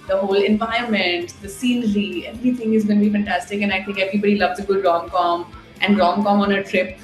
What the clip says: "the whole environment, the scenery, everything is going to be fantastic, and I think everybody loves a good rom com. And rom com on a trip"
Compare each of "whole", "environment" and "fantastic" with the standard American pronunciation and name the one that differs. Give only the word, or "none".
environment